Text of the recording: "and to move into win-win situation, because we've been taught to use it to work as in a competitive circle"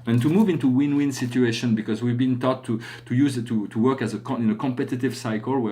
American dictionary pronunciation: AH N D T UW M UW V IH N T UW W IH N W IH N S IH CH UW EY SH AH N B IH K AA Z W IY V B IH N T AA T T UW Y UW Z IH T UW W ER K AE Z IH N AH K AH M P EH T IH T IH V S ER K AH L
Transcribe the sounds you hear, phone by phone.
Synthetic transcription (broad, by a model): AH N T UW M UW V IH N T UW W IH N W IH N S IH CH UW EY SH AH N B IH K AA Z W IY V B IH N T AA T T UW Y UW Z IH T UW W ER K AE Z IH N AH K AH M P EH T IH T IH V S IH K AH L